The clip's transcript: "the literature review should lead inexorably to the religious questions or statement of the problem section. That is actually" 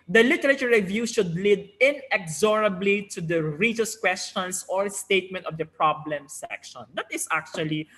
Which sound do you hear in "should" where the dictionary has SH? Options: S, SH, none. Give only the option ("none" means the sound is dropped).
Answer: SH